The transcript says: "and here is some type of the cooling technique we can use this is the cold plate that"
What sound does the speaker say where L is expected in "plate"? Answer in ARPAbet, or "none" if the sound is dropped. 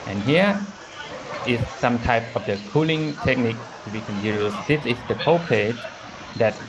none